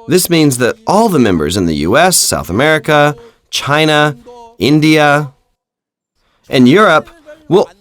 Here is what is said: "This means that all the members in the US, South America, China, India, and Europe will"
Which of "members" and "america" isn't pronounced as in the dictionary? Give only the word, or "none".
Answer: none